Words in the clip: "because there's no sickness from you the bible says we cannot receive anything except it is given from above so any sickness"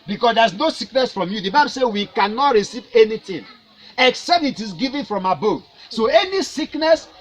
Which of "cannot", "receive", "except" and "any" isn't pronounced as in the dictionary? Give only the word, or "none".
none